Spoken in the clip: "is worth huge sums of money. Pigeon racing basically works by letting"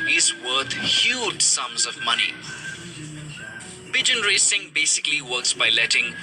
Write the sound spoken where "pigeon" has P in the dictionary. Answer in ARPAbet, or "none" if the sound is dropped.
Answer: B